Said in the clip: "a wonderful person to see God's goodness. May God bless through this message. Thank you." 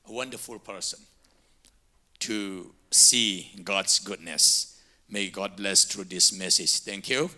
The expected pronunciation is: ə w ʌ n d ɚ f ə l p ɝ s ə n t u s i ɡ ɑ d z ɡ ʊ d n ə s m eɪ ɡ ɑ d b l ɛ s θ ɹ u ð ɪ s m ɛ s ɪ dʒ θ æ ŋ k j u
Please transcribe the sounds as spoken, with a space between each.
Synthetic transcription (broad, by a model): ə w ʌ n d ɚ f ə l p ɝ s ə n t u s i ɡ ɑ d s ɡ ʊ d n ə s m eɪ ɡ ɑ d b l ɛ s t ɹ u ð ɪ s m ɛ s ɪ dʒ t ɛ ŋ k j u